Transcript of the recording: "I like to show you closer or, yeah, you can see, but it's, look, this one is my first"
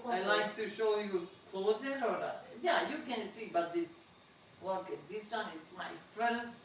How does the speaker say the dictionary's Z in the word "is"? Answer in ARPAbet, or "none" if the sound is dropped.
S